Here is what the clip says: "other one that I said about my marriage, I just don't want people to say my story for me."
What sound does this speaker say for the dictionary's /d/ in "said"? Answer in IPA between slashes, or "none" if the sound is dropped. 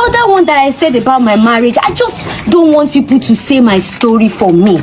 /d/